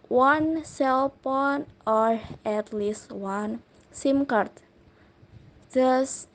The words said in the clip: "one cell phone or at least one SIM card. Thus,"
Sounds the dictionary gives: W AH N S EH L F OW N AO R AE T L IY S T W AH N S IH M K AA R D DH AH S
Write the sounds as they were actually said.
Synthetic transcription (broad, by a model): W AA N S EH L P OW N AO R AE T L IY S T W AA N S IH M K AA R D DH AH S